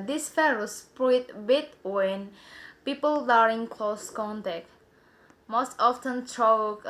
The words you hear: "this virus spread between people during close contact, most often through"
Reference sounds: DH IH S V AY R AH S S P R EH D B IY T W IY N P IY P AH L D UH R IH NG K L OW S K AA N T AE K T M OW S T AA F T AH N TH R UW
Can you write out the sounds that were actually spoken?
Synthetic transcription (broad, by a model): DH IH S F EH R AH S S P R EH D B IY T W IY N P IY P AH L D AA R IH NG K L OW S K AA N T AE K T M OW S T AA F T AH N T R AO